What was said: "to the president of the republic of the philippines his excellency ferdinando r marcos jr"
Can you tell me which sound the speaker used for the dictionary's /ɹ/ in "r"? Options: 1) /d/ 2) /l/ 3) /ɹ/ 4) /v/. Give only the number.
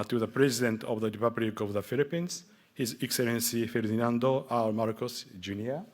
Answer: 2